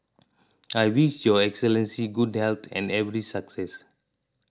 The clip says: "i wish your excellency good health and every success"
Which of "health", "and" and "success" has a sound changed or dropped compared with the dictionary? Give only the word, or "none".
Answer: health